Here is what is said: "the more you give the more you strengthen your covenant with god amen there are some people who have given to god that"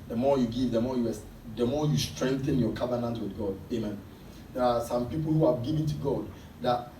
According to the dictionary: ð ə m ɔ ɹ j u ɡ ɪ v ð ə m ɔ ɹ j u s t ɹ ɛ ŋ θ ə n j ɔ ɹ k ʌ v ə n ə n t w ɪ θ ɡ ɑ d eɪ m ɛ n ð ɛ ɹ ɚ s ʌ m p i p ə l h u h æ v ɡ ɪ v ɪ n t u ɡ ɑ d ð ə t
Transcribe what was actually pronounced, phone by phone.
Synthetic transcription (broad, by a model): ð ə m ɔ ɹ j u ɡ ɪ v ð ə m ɔ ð j u s t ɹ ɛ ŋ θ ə n j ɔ k ʌ v ə n ə n t w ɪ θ ɡ ɑ d eɪ m ɛ n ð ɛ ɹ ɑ s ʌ m p i p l h u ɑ ɡ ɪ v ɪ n t u ɡ ɑ d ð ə t